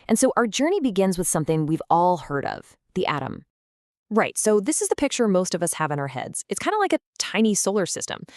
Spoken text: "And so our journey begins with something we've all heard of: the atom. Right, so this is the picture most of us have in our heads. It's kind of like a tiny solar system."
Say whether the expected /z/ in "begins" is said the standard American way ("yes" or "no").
yes